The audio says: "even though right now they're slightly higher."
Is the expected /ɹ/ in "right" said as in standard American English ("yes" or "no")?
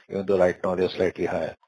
no